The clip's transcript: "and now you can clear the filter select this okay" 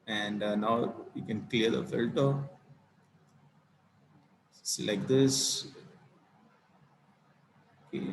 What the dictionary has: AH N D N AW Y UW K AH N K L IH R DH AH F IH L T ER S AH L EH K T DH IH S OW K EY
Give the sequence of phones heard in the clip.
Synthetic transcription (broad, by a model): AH N D N AW Y UW K AH N K L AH R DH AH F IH L T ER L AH IH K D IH S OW K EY